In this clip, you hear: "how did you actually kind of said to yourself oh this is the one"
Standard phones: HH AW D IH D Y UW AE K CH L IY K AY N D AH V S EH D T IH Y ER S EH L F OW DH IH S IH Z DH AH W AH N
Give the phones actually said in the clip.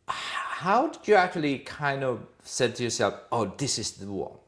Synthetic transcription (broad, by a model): HH AW D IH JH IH AE K CH L IY K AY N D AH V S EH D T IH Y ER S EH L F OW DH IH S IH Z DH AH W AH